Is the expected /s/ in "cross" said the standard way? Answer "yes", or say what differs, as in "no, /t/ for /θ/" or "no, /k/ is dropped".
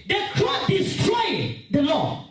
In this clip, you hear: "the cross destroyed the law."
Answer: no, /s/ is dropped